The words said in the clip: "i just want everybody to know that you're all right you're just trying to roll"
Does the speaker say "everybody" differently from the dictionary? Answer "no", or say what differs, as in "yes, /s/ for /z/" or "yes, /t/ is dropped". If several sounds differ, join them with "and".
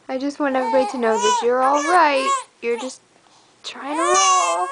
yes, /ɹ/ is dropped